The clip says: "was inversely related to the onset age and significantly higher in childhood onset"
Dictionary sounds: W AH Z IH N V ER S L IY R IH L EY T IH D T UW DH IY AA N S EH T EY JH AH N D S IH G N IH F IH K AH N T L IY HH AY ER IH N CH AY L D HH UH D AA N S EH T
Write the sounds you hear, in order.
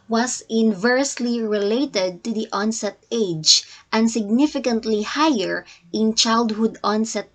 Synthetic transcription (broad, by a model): W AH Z IH N V ER S L IY R IH L EY T IH D T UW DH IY AA N S EH T EY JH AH N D S IH G N IH F IH K AH N T L IY HH AY ER IH N CH AY L D HH UH D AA N S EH T